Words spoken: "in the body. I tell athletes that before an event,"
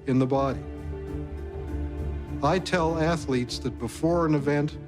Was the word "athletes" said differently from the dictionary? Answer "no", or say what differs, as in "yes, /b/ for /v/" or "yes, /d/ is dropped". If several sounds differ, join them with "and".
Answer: no